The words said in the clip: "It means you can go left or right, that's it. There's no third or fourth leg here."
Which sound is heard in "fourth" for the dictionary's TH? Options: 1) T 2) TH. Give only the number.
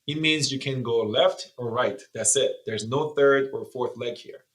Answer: 2